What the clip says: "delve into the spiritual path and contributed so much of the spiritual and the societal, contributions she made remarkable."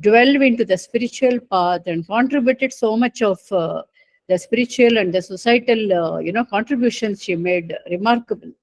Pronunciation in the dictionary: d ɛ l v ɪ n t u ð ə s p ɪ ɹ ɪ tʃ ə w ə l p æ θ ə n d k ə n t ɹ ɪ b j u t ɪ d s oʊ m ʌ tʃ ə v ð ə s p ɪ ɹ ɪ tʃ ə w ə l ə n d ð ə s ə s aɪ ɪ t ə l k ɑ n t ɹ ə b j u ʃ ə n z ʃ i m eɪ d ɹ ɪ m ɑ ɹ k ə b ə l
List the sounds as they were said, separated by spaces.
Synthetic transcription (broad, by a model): d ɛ l v ɪ n t u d ə s p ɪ ɹ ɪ tʃ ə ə l p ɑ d ə n d k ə n t ɹ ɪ b j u t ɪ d s oʊ m ʌ tʃ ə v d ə s p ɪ ɹ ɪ tʃ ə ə l ə n d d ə s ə s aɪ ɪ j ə n k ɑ n t ɹ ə b j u ʃ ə n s ʃ i m eɪ d ɹ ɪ m ɑ ɹ k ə b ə l